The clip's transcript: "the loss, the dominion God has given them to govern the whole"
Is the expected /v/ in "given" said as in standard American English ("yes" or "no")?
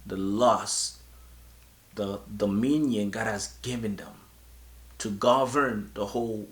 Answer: yes